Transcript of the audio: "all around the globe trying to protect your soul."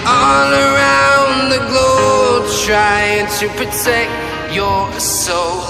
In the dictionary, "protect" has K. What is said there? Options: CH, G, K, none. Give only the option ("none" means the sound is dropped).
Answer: K